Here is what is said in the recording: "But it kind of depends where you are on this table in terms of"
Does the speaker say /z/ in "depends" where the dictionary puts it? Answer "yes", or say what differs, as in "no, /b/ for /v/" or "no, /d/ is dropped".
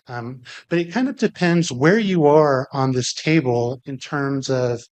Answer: yes